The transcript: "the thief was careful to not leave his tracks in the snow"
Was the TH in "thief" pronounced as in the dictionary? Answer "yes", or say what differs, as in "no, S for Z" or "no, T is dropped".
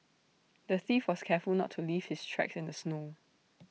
yes